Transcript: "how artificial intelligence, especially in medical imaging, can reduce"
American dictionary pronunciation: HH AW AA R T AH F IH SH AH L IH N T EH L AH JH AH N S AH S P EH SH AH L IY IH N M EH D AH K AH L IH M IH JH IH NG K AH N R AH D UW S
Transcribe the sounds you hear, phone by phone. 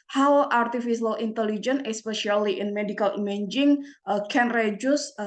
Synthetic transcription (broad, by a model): HH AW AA R T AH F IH S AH L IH N T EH L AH JH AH N AH S P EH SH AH L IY IH N M EH D AH K AH L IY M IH JH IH NG K AH N R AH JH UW S